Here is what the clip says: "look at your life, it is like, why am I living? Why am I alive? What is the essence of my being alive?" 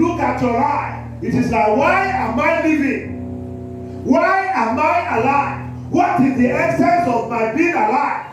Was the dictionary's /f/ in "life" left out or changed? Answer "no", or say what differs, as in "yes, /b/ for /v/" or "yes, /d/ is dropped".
yes, /f/ is dropped